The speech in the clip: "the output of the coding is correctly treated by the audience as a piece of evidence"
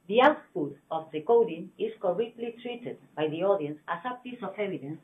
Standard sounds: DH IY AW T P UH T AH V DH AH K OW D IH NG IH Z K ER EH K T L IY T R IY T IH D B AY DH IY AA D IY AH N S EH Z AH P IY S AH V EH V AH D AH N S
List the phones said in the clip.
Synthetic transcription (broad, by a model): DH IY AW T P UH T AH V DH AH K OW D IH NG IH S K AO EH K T L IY T R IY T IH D B AY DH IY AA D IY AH N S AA S AH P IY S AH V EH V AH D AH N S